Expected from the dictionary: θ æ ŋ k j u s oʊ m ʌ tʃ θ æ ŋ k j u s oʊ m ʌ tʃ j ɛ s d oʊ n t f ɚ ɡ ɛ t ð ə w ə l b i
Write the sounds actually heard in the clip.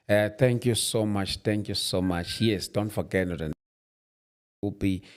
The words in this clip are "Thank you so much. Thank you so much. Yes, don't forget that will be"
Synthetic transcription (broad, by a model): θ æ ŋ k j u s oʊ m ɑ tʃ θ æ ŋ k j u s oʊ m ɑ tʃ j ɛ s d oʊ n t f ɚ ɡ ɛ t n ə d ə n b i